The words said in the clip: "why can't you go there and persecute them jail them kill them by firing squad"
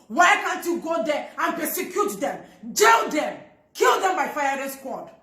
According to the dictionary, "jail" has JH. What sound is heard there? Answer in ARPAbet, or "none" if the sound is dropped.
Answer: JH